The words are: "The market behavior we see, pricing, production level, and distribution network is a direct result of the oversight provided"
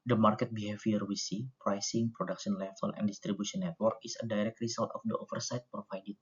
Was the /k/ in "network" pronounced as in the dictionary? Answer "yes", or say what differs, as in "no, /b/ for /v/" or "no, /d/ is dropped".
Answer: yes